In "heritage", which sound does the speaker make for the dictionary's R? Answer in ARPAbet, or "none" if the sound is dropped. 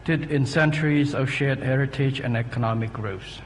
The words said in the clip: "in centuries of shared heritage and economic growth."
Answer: R